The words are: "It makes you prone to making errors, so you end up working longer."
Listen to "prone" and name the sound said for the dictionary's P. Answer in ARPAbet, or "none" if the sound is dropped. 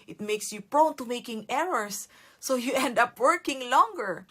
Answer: P